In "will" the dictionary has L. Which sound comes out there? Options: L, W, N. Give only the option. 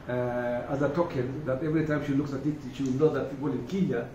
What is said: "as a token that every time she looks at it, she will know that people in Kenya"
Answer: W